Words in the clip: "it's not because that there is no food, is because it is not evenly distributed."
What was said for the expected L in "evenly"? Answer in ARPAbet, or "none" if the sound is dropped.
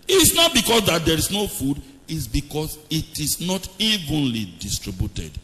L